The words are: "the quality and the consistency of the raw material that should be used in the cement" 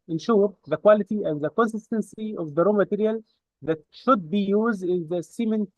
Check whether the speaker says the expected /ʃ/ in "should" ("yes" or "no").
yes